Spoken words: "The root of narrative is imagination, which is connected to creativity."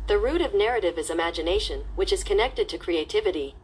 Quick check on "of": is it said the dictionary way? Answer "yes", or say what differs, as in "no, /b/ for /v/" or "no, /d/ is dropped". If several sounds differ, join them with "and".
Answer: yes